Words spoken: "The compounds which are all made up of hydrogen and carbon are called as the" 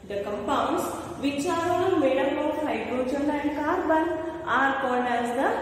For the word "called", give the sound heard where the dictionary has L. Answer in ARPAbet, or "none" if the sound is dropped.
N